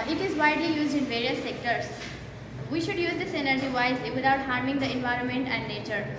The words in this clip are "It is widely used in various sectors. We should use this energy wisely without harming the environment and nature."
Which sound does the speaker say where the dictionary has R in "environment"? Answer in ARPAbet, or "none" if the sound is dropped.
R